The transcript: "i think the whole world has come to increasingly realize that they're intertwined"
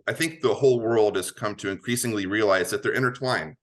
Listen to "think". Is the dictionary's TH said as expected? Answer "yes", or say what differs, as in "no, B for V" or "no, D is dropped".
yes